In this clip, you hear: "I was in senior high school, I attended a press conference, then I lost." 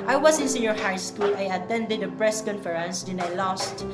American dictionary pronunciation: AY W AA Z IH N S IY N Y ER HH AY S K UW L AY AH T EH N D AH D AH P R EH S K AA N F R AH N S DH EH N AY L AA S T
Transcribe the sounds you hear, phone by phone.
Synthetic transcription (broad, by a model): AY W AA S IH N S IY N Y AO HH AY S K UW L AY AH T EH N D AH D AH P R EH S K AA N F R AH N S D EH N AY L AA S T